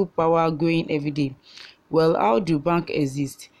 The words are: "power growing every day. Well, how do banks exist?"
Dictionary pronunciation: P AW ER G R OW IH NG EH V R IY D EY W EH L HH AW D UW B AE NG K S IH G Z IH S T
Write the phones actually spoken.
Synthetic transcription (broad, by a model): P AW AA G OW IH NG EH V R IY D EY W EH L HH AW D UW B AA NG K IH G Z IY S T